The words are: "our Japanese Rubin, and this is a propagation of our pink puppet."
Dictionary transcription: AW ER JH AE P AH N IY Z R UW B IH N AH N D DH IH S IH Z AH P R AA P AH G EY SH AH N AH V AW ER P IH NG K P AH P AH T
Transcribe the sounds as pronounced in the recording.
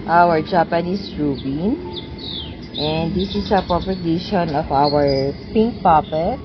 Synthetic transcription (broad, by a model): AW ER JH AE P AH N IY S R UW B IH N AH N D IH S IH S AH P R AA P AH G EY SH AH N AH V AW ER P IH NG K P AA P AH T